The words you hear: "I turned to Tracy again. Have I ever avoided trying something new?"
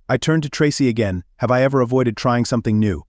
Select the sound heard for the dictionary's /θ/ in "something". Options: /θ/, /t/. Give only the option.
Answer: /θ/